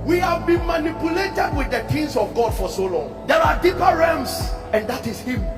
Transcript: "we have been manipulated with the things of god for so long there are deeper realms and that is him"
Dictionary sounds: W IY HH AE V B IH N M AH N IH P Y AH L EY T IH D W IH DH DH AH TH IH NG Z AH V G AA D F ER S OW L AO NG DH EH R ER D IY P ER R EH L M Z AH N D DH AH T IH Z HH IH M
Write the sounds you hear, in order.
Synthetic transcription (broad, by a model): W IY HH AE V B IH N M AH N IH P Y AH L EY T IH D W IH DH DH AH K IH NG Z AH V G AA D F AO S OW L AO NG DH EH R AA D IY P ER R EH M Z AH N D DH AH T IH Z HH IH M